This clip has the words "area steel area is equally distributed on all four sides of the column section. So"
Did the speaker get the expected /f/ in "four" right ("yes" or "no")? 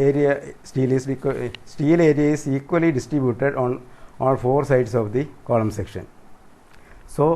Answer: yes